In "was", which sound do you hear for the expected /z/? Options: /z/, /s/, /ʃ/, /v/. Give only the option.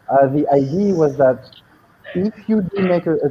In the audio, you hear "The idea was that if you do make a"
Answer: /z/